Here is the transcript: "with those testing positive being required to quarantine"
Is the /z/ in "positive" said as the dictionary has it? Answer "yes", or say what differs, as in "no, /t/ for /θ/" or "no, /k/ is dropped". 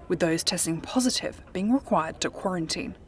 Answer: yes